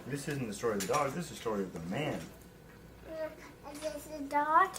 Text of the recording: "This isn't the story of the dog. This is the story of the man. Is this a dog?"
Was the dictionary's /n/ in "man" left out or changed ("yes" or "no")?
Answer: no